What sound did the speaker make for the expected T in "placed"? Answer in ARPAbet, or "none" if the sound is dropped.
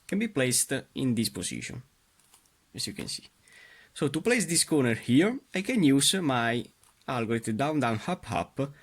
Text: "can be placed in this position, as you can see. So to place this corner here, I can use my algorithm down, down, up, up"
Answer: T